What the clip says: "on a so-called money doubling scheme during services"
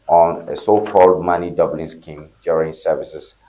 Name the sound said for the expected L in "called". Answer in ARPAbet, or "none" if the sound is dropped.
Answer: L